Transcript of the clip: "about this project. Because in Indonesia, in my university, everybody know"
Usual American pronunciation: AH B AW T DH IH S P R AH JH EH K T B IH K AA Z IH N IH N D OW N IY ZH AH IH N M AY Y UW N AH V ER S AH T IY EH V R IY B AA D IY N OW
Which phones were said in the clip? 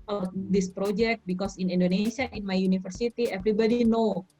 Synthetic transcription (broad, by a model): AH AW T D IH S P R AH JH EH K T B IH K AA S IH N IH N D OW N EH S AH IH N M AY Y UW N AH F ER S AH T IY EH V R IY B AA D IY N OW